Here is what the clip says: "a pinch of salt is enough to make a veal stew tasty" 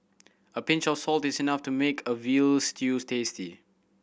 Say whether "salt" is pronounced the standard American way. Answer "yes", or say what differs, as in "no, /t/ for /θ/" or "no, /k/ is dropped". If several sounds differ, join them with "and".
yes